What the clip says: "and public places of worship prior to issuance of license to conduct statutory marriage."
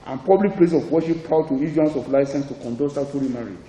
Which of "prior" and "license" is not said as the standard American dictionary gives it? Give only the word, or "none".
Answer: prior